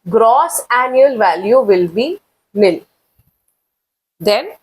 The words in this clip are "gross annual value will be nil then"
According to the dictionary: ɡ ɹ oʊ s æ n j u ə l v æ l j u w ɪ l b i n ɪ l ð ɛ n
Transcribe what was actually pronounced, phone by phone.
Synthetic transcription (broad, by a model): ɡ ɹ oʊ s æ n j u ə l v æ l j u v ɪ l b i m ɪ l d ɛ n